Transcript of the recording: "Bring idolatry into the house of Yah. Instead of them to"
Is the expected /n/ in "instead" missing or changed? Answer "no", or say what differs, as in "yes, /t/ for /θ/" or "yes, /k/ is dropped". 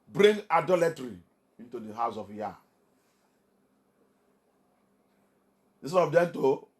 yes, /n/ is dropped